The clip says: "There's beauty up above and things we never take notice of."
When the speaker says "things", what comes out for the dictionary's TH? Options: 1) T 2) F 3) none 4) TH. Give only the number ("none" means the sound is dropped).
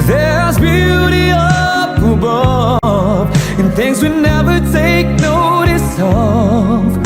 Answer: 4